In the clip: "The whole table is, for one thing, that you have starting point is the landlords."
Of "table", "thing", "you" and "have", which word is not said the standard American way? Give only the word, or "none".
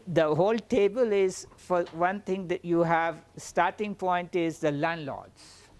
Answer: thing